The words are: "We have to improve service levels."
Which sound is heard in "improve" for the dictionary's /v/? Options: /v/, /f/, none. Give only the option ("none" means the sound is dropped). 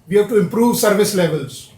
/v/